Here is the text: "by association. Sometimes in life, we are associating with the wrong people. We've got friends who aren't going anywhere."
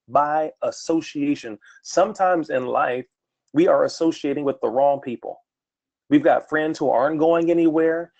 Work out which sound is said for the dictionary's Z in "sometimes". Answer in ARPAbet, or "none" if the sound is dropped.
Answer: Z